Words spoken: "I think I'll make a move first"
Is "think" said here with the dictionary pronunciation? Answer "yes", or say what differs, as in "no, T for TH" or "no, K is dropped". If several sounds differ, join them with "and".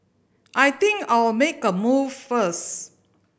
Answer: no, T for TH